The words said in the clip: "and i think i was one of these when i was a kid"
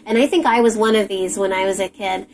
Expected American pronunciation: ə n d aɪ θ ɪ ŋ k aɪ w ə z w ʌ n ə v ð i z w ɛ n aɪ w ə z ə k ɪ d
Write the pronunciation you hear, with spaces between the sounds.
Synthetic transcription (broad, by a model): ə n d aɪ θ ɪ ŋ k aɪ w ə z w ʌ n ə v ð i z w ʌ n aɪ w ə z ə k ɪ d